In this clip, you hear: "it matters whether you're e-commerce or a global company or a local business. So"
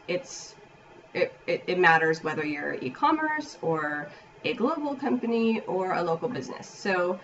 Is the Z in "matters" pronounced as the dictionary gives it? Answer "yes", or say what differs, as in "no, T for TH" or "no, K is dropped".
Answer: yes